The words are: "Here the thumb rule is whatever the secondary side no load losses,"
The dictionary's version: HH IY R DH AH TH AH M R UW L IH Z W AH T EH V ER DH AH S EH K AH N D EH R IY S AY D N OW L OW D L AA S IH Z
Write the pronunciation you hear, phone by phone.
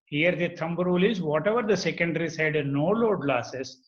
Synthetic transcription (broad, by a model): HH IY R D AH T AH M R UW L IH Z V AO T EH V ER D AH S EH K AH N D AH R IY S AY D N OW L OW D L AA S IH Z